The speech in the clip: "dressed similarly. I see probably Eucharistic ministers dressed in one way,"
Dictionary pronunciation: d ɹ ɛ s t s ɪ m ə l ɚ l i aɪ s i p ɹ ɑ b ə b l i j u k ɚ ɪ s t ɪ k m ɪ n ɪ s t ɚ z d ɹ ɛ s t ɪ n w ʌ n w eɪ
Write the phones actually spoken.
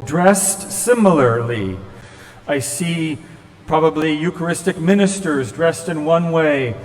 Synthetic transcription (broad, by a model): d ɹ ɛ s t s ɪ m l ɚ l i aɪ s i p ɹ ɑ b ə b l i j u k ɚ ɪ s t ɪ k m ɪ n ɪ s t ɚ z d ɹ ɛ s t ɪ n w ʌ n w eɪ